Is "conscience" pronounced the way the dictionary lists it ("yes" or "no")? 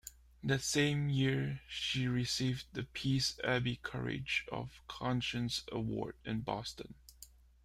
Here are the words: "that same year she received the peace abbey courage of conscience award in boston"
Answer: yes